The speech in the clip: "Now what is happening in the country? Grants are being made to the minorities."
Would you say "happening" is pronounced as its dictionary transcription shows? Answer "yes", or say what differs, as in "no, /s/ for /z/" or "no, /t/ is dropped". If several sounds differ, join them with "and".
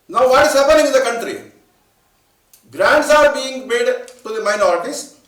no, /n/ is dropped